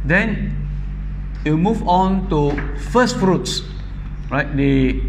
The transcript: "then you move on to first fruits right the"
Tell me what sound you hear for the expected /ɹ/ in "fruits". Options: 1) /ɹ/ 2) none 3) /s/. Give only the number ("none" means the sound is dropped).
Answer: 1